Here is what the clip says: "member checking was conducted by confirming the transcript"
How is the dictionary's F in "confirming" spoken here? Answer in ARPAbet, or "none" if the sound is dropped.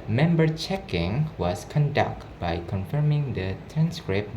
F